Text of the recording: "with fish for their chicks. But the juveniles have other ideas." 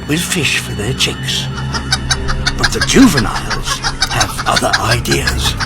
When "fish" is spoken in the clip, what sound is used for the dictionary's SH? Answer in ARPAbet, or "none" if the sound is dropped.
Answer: SH